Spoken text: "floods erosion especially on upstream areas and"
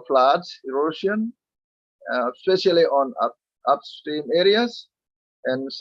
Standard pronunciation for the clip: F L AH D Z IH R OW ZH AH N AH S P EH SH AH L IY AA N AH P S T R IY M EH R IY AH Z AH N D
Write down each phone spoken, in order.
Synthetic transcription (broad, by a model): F L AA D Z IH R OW SH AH N S P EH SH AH L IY AA N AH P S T IY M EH R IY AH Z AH N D